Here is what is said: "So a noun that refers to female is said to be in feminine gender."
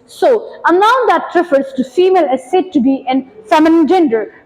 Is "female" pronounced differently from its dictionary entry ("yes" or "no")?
no